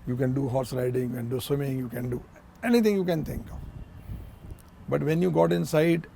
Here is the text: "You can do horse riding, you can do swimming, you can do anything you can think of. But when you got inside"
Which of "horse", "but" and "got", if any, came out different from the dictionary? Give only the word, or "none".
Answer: none